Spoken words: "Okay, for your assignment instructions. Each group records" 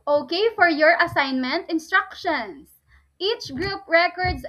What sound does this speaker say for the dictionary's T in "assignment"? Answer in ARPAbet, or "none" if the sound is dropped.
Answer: T